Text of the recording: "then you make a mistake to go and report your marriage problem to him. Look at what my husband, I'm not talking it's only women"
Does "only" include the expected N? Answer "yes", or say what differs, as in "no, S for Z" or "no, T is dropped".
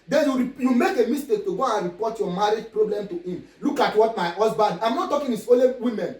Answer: no, N is dropped